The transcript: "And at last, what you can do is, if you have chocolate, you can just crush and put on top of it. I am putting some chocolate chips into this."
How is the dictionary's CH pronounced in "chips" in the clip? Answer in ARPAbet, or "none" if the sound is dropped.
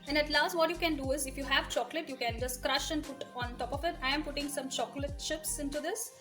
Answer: SH